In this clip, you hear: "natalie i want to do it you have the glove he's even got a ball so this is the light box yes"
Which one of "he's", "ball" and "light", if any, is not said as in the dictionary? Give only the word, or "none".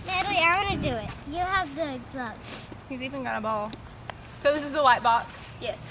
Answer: light